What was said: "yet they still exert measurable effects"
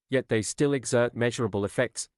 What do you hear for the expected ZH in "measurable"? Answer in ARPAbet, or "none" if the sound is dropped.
ZH